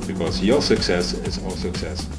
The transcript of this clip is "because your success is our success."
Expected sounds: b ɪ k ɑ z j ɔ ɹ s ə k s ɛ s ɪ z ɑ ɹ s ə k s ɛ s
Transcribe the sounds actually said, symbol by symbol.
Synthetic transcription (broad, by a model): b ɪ k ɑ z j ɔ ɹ s ə k s ɛ s ɪ z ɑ l s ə k s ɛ s